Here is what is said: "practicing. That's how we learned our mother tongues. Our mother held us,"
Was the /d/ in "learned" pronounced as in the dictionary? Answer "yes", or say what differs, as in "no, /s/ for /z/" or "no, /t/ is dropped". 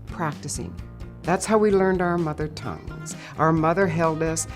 yes